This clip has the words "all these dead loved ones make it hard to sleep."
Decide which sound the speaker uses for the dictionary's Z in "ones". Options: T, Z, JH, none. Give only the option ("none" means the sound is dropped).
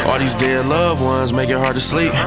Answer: Z